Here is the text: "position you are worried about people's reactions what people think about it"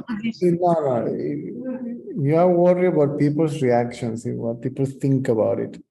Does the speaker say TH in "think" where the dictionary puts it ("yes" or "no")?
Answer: no